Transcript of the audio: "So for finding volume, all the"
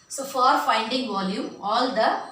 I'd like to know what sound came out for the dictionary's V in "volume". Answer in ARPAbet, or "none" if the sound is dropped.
V